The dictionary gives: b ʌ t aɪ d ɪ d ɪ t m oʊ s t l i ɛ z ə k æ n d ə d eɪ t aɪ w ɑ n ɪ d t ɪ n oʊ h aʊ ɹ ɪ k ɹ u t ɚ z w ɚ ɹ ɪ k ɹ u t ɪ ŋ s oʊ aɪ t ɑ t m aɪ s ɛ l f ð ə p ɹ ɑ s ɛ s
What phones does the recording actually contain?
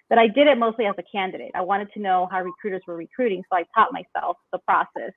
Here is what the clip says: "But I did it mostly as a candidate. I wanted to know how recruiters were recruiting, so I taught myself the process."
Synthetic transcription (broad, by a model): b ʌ t aɪ d ɪ d ɪ t m oʊ s t l i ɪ z ə k æ n d ə d eɪ t aɪ w ɑ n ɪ d t ɪ n oʊ h aʊ ɹ ɪ k ɹ u t ɚ z w ɚ ɹ ɪ k ɹ u t ɪ ŋ s oʊ aɪ t ɑ t m aɪ s ɛ l f ð ə p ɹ ɑ s ɛ s